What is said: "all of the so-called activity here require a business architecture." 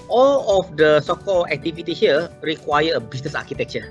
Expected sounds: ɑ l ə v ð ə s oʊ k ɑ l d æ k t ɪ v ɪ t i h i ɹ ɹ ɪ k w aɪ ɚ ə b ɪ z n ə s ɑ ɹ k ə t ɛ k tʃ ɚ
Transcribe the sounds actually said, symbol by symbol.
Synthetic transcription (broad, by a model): ɑ l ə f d ə s oʊ k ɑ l æ k t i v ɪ t i h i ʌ ɹ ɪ k w aɪ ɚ ə b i s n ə s ɑ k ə t ɛ k tʃ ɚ